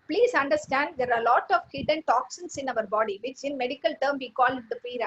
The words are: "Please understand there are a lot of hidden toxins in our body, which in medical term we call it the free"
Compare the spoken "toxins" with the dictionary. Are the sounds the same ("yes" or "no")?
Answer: no